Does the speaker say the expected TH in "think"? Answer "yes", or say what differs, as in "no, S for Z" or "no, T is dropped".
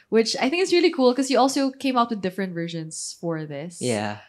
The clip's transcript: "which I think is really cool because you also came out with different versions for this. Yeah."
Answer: yes